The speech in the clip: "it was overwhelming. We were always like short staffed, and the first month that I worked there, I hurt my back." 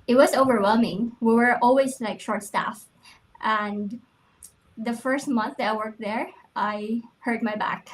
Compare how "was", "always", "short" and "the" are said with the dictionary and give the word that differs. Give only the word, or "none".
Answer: none